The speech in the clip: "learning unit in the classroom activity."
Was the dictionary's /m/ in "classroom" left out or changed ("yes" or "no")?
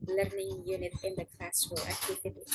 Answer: yes